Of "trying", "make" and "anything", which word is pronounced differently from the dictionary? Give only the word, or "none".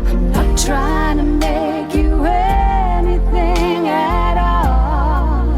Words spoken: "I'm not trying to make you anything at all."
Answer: none